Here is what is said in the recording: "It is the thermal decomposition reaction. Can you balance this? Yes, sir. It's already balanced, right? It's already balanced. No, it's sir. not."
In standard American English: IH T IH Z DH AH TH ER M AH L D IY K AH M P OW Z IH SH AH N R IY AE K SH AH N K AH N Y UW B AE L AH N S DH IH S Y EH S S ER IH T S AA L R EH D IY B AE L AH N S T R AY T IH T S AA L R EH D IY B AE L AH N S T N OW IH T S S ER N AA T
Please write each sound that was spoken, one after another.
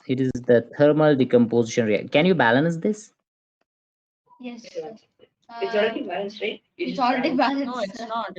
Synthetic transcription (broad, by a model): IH T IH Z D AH T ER M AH L D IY K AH M P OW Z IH SH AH N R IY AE K AH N N Y UW B AE L AH N S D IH S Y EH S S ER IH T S AA L R EH D IY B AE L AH N S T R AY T IH T S AA L R EH D IY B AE L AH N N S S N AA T